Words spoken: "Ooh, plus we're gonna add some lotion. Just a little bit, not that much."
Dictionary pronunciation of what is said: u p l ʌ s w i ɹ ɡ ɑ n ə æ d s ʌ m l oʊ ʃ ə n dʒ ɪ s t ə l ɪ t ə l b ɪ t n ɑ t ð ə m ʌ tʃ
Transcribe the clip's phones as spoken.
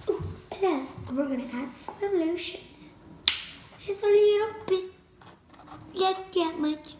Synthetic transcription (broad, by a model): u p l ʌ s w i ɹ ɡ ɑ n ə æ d s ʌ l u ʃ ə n ʃ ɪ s ə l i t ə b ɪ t l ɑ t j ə m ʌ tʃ